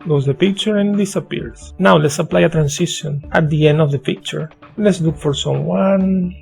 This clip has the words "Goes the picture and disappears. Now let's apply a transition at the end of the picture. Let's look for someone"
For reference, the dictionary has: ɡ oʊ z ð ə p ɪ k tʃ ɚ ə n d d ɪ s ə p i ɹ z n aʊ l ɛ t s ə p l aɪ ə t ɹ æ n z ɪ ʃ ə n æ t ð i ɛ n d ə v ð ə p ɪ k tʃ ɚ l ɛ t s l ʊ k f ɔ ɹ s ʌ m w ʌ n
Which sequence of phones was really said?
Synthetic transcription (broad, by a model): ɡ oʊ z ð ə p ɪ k tʃ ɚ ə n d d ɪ s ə p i ɹ s n aʊ l ɛ t s ə p l aɪ ə t ɹ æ n s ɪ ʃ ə n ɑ t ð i ɛ n d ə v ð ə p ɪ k tʃ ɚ l ɛ t s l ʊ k f ɔ ɹ s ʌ m w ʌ n